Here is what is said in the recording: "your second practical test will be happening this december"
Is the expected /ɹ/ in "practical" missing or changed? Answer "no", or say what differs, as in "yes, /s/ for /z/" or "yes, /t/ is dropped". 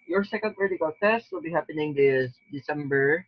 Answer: yes, /ɹ/ is dropped